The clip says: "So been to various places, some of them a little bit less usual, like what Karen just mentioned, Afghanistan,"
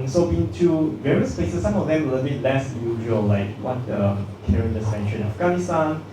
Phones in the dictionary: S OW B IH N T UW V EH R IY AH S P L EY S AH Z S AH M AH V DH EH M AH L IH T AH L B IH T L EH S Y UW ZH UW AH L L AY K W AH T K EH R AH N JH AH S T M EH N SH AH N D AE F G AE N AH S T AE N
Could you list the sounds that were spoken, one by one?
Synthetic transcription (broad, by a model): S OW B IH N T UW V EH R IY AH S P L EY S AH S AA M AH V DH EH M AH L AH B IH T L EH S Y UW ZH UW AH L L AY K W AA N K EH R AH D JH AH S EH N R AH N AE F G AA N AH S T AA N